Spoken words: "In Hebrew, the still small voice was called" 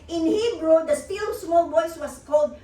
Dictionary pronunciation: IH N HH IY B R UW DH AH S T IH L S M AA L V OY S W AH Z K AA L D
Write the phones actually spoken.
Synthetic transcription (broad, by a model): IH N HH IY B R UW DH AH S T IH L S M AA L B OY S W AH S K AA L D